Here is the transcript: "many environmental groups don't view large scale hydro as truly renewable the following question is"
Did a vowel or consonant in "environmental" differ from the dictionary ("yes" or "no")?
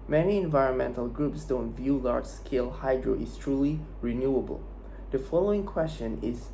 no